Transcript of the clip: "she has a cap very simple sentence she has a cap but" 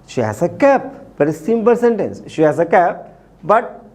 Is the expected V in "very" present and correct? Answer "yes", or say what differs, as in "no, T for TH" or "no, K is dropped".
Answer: no, B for V